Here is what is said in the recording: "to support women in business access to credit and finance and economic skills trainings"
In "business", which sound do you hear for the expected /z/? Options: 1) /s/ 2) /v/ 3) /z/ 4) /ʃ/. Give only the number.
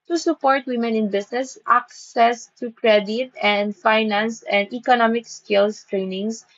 1